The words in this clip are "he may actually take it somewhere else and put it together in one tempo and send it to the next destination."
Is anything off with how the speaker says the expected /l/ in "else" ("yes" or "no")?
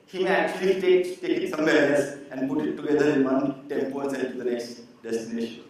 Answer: yes